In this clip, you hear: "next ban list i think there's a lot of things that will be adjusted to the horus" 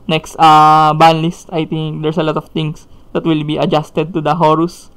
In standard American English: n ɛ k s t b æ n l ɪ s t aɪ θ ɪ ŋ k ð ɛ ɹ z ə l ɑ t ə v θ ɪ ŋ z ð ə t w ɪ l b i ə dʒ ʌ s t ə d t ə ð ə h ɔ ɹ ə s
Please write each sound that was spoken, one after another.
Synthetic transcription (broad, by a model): n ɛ k s t b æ n l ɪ s t aɪ t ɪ ŋ k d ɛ ɹ s ə l ɑ t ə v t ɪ ŋ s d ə t w ɪ l b i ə dʒ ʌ s t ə d t ə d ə h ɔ ɹ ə s